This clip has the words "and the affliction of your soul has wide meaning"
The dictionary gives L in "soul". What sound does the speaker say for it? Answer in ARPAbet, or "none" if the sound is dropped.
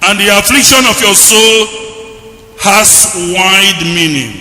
L